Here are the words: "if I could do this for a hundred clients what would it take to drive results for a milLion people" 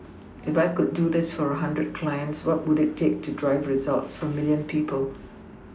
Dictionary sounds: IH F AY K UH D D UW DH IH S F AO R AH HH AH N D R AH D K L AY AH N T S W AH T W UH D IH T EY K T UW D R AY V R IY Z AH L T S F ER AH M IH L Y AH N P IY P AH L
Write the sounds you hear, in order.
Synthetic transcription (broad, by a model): IH F AY K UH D D UW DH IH S F AO R AH HH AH N D R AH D K L AY AH N T S W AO T W UH D IH T EY K T UW D R AY V R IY Z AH L T S F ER AH M IH L Y AH N P IY P AH L